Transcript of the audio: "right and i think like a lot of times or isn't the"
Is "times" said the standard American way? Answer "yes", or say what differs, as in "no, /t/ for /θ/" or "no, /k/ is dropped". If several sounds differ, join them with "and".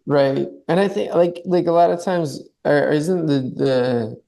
yes